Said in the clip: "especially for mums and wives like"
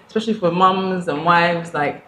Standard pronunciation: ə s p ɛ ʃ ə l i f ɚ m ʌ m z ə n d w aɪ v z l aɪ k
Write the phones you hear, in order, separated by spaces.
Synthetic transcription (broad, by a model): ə s p ɛ ʃ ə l i f ɚ m ʌ m z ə n w aɪ v z l aɪ k